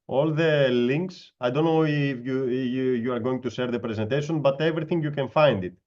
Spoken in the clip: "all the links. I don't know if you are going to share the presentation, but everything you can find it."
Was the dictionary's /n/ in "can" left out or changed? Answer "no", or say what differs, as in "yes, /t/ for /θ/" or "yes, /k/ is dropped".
no